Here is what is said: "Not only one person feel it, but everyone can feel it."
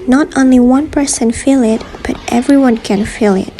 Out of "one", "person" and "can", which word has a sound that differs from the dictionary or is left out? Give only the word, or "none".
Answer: none